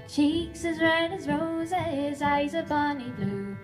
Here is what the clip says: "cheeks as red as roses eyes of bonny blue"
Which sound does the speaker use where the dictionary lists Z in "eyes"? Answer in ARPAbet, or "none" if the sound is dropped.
Z